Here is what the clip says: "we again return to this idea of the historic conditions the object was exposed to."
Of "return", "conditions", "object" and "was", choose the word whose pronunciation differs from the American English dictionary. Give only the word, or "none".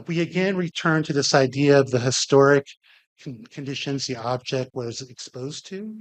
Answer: none